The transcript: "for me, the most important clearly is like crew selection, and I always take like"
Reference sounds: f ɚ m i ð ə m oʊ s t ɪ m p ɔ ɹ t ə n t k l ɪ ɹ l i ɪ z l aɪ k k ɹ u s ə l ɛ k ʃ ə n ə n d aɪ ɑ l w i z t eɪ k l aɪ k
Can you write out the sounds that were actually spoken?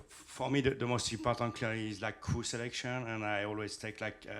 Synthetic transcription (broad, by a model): f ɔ m i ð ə m oʊ s t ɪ p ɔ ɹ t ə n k l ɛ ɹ i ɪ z l aɪ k k u s ə l ɛ k ʃ ə n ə n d aɪ ɑ l w i z t eɪ k l aɪ k